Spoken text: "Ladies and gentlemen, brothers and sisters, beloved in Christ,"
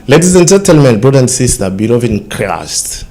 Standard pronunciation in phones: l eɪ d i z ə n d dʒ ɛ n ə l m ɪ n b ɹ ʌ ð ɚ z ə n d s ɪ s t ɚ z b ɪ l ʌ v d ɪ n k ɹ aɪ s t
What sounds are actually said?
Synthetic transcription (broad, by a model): l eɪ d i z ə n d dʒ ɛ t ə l m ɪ n b ɹ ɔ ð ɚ ə n d s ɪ s t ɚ b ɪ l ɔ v ɪ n k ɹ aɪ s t